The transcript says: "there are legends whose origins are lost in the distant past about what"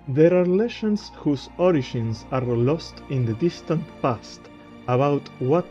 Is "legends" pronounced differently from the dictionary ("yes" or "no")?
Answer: yes